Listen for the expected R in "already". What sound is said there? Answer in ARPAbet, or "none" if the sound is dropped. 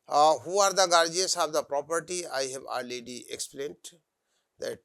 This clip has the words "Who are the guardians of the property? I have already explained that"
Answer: none